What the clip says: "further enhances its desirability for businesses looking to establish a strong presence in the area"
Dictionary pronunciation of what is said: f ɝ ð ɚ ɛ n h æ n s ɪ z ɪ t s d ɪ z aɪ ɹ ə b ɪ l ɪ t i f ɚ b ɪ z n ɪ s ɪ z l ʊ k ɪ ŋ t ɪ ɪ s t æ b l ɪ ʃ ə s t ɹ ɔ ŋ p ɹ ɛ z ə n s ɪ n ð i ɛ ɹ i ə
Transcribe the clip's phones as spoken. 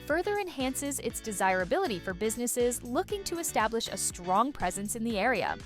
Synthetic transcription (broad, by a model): f ɝ ð ɚ ɛ n h æ n s ɪ z ɪ t s d ɪ z aɪ ɹ ə b ɪ l ɪ t i f ɚ b ɪ z n ɪ s ɪ z l ʊ k ɪ ŋ t ɪ ɪ s t æ b l ɪ ʃ ə s t ɹ ɔ ŋ p ɹ ɛ z ə n s ɪ n ð i ɛ ɹ i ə